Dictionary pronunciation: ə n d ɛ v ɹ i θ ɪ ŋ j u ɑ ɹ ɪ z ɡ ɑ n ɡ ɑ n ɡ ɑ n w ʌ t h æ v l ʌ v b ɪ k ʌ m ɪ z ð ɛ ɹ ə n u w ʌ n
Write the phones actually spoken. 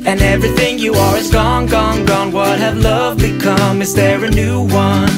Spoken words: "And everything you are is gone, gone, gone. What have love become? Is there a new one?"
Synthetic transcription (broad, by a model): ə n ɛ v ɹ i θ ɪ ŋ j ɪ ɑ w ɪ z ɡ ɑ n ɡ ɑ n ɡ ɑ n w ʌ t h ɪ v l ʌ v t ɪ k ʌ m ɪ z ð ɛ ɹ ə n u w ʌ n